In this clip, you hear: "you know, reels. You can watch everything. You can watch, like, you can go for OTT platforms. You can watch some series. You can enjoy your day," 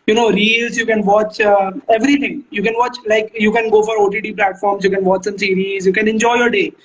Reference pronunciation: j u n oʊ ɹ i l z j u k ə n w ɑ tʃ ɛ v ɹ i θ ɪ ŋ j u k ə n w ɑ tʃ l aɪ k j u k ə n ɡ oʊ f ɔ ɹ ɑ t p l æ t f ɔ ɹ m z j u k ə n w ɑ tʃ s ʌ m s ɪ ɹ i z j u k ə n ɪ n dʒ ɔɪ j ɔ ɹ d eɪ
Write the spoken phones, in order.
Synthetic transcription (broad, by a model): j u n oʊ ɹ i l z j u k ə n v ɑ tʃ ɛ v ɹ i t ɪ ŋ j u k ə n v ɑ tʃ l aɪ k j u k ə n ɡ oʊ f ɔ ɹ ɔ t p l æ t f ɔ ɹ m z j u k ə n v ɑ tʃ s ʌ m s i ɹ i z j u k ə n ɪ n dʒ ɔɪ j ɔ ɹ d eɪ